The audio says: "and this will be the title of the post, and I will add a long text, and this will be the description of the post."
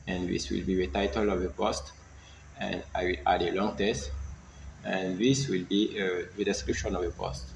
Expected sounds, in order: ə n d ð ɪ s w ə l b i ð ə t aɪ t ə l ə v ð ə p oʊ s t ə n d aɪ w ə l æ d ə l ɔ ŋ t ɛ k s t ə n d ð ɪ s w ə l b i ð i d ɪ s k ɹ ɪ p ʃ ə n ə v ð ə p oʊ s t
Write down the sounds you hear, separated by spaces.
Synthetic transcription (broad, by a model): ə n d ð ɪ s w ə l b i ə t aɪ t ə l ə v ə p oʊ s t ə n d aɪ w ə l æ d ə l ɔ ŋ t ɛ s t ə n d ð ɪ s w ə l b i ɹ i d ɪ s k ɹ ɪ p ʃ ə n ə v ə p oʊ s t